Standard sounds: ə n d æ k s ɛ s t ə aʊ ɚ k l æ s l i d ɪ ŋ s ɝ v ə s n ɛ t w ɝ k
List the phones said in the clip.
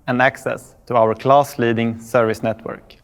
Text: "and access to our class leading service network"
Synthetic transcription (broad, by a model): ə n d æ k s ɛ s t ə aʊ ɚ k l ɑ s l i d ɪ ŋ s ɝ v ə s n ɛ t w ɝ k